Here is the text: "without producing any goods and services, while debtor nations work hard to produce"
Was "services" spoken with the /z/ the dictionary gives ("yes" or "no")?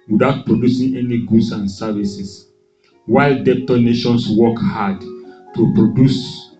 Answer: no